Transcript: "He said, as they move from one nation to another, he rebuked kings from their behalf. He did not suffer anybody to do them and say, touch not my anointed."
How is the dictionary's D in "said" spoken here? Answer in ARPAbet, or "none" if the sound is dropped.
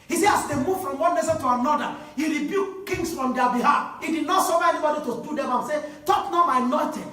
none